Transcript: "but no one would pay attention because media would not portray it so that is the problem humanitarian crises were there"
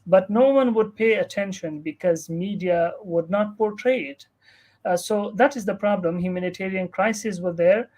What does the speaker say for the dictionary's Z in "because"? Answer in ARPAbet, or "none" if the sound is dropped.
Z